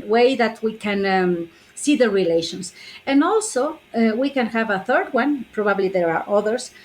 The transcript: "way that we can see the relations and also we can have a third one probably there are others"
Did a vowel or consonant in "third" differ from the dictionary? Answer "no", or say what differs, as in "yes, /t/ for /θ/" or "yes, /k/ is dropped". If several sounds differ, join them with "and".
no